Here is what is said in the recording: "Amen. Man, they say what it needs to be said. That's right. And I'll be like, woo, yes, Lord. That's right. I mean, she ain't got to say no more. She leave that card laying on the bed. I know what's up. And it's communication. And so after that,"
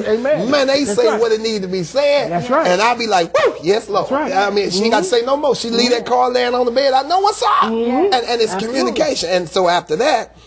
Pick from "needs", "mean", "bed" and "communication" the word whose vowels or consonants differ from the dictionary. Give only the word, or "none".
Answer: needs